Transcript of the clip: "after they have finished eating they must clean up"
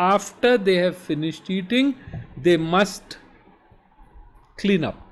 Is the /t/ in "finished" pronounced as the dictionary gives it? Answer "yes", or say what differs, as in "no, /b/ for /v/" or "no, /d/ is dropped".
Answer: yes